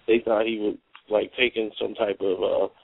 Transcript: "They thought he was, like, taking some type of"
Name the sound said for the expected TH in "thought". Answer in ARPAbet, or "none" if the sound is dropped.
TH